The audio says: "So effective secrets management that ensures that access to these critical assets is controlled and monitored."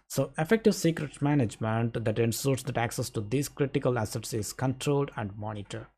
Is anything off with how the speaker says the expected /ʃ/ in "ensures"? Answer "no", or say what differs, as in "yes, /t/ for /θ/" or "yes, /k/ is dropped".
yes, /s/ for /ʃ/